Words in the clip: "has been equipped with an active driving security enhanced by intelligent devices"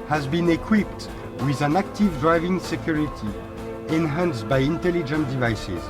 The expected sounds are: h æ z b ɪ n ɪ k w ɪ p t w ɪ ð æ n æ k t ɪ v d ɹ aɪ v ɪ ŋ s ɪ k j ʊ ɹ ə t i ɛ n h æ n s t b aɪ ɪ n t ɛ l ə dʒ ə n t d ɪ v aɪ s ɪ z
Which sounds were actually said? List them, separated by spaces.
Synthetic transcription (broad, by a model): h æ z b ɪ n ɪ k w ɪ p t w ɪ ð æ n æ k t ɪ v d ɹ aɪ v ɪ ŋ s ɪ k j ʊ ɹ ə t i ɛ n h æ n s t b aɪ ɪ n t ɛ l ə dʒ ə n t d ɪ v aɪ s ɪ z